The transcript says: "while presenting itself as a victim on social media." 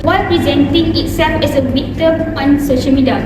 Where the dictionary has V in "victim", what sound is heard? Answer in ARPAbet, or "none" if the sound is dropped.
W